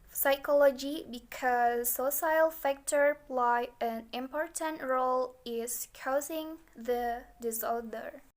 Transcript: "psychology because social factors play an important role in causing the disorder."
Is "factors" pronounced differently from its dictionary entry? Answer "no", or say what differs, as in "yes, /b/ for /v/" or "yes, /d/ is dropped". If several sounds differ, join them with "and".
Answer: yes, /z/ is dropped